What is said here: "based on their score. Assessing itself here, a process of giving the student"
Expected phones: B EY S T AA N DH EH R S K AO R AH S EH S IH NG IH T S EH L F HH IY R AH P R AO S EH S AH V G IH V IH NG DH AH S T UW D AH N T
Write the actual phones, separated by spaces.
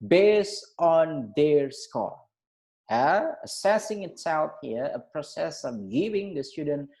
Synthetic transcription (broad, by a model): B EY S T AA N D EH R S K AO L AH S EH S IH NG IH T S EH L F HH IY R AH P R AO S EH S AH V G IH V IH NG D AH S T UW D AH N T